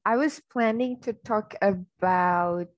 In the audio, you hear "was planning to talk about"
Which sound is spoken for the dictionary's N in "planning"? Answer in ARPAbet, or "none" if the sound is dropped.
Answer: N